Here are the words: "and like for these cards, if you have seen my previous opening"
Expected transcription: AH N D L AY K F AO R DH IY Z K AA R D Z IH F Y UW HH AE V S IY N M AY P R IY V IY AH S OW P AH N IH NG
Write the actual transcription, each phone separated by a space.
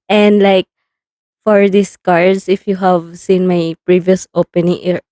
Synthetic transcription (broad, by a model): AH N D L AY K F AO R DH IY S K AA R D S IH F Y UW HH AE V S IY N M AY P R IY V IY AH S OW P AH N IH NG